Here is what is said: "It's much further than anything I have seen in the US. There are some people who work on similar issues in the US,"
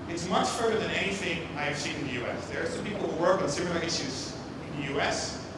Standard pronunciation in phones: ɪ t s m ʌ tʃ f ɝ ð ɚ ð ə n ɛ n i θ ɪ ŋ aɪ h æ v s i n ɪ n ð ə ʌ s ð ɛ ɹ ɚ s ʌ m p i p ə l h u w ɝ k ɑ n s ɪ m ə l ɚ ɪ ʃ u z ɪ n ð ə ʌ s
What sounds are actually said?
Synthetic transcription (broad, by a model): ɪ t s m ʌ tʃ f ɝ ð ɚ ð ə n ɛ n i θ ɪ ŋ aɪ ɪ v s i n ɪ n ð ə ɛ s ð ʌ ɹ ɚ s ʌ m p i p l h u w ɝ k n s ɪ m ə l ɚ ɪ ʃ u z ɪ n ð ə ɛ s